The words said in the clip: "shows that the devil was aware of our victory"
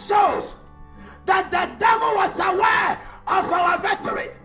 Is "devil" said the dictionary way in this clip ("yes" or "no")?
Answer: yes